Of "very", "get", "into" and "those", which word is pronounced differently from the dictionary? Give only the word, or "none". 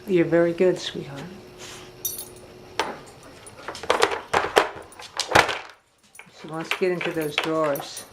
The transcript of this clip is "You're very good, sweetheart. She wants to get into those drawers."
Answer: none